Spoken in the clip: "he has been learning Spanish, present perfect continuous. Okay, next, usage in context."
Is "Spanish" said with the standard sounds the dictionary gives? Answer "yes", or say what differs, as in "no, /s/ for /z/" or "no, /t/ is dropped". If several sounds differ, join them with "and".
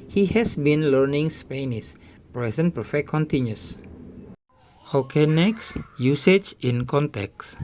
no, /s/ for /ʃ/